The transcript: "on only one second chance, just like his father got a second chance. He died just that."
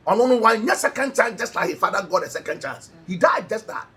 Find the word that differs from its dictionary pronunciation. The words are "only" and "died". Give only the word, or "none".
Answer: only